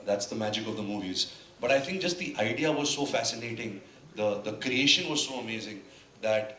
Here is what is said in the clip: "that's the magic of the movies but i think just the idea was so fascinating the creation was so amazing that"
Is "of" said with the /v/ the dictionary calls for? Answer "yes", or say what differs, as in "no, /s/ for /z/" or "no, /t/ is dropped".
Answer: yes